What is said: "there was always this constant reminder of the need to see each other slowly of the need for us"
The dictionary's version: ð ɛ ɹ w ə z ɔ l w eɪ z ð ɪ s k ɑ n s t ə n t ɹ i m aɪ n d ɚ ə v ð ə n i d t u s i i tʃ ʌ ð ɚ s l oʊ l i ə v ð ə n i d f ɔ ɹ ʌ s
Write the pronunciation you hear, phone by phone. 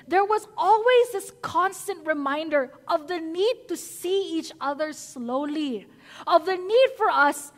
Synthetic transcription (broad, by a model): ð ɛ ɹ w ə z ɔ l w eɪ z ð ɪ s k ɑ n s t ə n t ɹ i m aɪ n d ɚ ə v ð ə n i d t u s i i tʃ ʌ ð ɚ s l oʊ l i ə v ð ə n i d f ɔ ɹ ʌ s